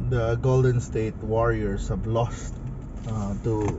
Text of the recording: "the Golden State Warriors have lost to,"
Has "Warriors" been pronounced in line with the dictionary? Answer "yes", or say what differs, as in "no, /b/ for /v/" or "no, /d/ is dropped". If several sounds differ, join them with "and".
no, /s/ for /z/